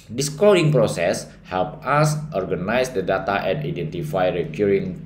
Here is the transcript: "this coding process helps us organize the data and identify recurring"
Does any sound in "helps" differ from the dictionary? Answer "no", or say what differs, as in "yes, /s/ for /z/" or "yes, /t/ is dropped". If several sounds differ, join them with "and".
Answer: yes, /s/ is dropped